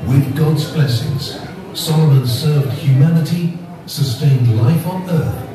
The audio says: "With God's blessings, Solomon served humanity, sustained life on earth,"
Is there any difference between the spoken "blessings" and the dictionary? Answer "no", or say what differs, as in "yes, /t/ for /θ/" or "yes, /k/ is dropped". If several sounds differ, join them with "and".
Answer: no